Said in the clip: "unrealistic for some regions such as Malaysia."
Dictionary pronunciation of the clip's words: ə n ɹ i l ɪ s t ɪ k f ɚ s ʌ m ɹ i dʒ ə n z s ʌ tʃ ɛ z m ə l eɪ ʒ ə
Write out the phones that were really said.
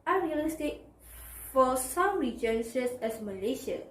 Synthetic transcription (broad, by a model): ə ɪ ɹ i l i s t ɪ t f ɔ s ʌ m ɹ i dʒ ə n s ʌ s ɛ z m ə l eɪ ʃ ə